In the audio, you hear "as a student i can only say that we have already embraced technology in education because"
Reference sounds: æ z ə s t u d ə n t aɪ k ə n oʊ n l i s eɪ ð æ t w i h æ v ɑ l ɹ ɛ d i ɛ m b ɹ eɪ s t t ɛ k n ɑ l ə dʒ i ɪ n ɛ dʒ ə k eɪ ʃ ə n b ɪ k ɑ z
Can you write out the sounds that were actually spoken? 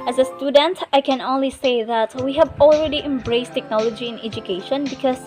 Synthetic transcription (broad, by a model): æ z ə s t u d ə n t aɪ k ə n oʊ n l i s eɪ ð æ t w i h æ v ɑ l ɹ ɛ d i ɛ m b ɹ eɪ s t t ɛ k n ɑ l ə dʒ i ɪ n ɛ dʒ ə k eɪ ʃ ə n b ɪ k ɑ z